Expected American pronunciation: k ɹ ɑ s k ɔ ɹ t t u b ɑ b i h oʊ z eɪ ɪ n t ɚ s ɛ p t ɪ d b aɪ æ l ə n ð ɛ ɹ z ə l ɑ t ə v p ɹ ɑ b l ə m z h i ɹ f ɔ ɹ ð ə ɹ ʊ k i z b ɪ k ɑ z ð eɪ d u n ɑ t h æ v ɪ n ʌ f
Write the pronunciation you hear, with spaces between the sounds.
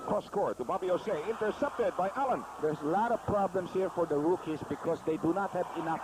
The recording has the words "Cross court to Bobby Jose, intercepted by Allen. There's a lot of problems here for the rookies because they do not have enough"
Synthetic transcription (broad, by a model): k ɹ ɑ s k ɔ ɹ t t u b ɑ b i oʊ s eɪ ɪ n t ɚ s ɛ p t ɪ d b aɪ æ l ə n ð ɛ ɹ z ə l ɑ t ə v p ɹ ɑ b l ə m s h i ɹ f ɔ ɹ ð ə ɹ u k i s b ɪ k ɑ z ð eɪ d u n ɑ t h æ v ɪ n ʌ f